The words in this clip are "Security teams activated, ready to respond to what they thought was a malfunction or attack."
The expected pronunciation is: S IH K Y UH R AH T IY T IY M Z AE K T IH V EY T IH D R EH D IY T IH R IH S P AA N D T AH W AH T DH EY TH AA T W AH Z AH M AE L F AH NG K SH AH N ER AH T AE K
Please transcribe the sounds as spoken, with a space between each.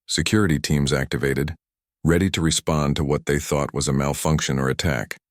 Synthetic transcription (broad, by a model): S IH K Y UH R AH T IY T IY M Z AE K T IH V EY T IH D R EH D IY T IH R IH S P AA N T AH W AH T DH EY TH AA T W AH Z AH M AE L F AH NG K SH AH N ER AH T AE K